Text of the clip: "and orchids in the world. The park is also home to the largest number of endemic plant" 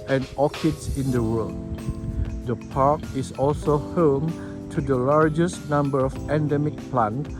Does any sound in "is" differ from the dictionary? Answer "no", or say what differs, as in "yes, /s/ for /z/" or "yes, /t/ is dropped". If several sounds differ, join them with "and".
yes, /s/ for /z/